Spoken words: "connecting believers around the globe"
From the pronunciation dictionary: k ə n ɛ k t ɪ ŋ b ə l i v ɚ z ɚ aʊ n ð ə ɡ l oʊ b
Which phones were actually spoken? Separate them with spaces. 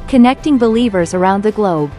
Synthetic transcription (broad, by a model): k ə n ɛ k t ɪ ŋ b ə l i v ɚ z ɚ aʊ n ð ə ɡ l oʊ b